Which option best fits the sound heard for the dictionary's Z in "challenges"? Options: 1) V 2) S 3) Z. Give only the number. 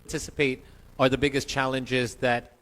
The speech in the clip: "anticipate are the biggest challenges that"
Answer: 3